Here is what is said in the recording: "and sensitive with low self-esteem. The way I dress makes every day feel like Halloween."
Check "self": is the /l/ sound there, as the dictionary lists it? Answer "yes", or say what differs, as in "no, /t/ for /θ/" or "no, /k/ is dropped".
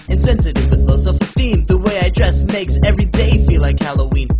no, /l/ is dropped